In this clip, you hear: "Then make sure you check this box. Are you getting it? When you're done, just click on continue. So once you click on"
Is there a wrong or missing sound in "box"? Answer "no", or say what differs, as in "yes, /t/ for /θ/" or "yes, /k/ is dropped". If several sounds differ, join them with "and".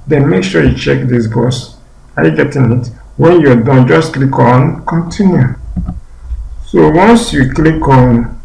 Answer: yes, /k/ is dropped